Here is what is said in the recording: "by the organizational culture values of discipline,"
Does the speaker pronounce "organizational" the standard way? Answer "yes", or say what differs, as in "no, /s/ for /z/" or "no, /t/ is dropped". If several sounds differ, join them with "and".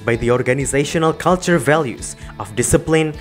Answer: yes